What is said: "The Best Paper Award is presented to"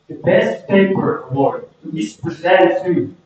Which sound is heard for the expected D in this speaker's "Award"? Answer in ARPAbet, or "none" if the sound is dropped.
none